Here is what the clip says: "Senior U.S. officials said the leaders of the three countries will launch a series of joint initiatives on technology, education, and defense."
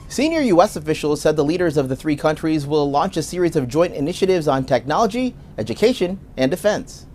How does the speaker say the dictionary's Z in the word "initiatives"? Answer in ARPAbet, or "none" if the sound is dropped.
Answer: Z